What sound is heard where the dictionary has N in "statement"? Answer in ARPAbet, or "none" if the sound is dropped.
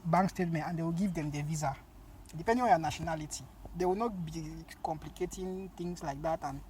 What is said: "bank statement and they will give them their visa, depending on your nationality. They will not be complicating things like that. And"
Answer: N